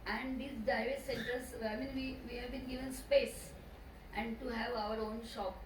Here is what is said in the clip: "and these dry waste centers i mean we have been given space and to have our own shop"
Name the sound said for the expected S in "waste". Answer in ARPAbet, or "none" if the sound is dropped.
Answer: none